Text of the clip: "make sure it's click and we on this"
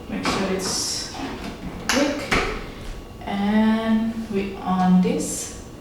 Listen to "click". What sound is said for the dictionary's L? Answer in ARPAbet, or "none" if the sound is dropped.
W